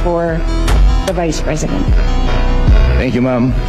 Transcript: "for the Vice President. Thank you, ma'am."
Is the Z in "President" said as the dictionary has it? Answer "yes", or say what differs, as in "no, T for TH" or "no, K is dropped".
yes